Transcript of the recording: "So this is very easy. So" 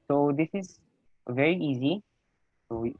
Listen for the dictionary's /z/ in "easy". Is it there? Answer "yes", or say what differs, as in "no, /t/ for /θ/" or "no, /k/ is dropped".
yes